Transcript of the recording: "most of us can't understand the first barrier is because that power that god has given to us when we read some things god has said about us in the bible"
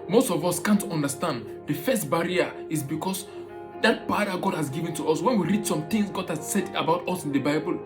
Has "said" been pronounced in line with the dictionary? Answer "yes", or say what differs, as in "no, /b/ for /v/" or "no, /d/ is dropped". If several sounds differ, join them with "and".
yes